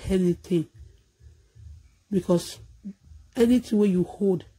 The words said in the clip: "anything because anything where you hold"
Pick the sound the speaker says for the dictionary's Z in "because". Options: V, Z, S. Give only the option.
S